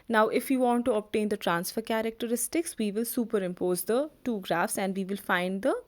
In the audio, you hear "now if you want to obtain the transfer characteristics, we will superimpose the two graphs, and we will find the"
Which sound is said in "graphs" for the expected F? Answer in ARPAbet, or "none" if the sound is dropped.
F